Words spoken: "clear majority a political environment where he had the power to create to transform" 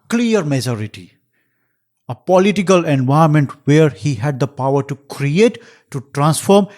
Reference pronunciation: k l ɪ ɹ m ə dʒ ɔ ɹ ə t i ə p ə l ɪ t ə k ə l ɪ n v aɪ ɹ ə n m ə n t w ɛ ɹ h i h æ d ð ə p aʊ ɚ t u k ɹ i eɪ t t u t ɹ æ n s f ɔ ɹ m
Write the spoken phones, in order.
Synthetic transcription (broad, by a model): k l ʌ ɹ m ə dʒ ɔ ɹ ə t i ə p ə l ɪ t ə k ə l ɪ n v aɪ ə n m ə n t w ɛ ɹ h i h æ d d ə p aʊ ɚ t u k ɹ i eɪ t t u t ɹ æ n s f ɔ ɹ m